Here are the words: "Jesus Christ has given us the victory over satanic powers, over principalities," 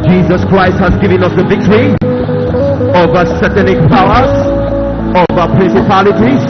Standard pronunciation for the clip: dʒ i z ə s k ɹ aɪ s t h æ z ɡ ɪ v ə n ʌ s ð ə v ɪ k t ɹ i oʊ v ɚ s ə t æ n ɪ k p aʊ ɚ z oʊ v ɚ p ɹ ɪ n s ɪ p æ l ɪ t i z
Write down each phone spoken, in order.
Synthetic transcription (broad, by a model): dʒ i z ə s k ɹ aɪ s t h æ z ɡ ɪ v ə n ʌ s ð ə v ɪ k t ɹ i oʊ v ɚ s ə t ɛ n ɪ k p aʊ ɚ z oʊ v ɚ p ɹ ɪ n s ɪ p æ l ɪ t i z